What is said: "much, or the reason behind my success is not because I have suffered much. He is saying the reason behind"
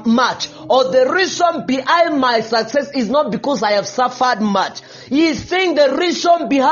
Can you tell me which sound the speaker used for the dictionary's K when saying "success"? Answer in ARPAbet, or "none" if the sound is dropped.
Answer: K